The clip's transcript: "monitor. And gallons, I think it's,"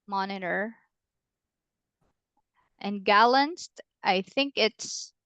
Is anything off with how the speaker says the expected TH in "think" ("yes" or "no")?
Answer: no